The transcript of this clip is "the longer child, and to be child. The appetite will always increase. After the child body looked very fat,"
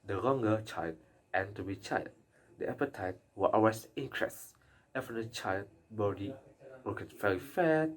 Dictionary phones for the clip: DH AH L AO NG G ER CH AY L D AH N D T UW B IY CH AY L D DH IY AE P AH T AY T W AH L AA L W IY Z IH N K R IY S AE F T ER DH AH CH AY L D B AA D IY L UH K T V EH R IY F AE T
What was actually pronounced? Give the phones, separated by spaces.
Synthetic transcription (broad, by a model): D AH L AO NG G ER CH AY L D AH N T UW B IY CH AY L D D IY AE P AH T AY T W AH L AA W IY S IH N K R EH S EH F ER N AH CH AY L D B AA D IY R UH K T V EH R IY F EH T